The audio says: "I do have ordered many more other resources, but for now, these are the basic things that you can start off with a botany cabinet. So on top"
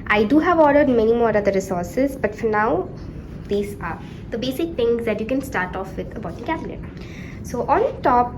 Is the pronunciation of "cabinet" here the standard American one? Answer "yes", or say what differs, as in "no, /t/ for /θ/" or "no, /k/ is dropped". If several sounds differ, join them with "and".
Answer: no, /l/ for /n/